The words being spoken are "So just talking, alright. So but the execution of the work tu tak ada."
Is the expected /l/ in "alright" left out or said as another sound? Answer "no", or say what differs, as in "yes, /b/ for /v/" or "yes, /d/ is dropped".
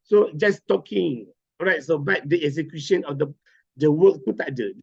yes, /l/ is dropped